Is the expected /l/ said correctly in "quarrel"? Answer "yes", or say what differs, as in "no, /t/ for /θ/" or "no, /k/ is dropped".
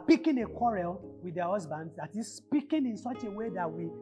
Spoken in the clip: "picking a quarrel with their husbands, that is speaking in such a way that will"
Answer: yes